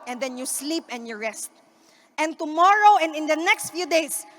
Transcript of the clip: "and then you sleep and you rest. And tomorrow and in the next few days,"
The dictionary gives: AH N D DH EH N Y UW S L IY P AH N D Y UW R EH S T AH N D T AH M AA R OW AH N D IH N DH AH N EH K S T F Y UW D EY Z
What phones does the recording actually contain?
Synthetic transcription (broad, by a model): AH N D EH N Y UW S L IY P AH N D Y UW R EH S T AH N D T AH M AA R OW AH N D IH N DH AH N EH K S T F Y UW D EY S